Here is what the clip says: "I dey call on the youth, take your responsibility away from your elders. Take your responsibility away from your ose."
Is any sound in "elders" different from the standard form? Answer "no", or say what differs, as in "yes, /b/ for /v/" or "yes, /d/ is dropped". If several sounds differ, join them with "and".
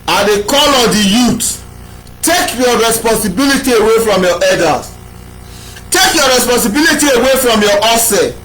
yes, /l/ is dropped